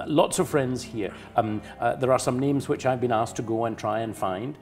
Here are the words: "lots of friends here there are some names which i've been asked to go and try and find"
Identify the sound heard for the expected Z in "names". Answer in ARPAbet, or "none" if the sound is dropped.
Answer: Z